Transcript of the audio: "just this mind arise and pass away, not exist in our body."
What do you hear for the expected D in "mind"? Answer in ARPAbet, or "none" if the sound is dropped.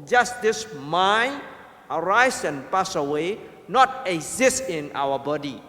none